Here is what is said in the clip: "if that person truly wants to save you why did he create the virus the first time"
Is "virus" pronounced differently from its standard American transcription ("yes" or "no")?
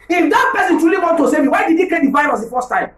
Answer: yes